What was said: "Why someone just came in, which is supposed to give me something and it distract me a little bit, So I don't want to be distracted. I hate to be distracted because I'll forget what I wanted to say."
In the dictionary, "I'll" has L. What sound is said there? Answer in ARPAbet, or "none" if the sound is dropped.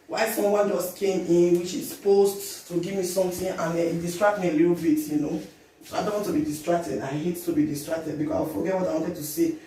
W